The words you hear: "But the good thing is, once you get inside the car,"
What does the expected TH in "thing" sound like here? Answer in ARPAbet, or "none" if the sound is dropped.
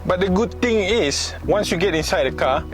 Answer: T